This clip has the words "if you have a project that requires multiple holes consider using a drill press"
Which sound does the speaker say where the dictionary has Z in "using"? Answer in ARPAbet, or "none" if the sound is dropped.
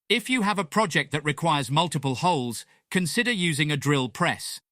Z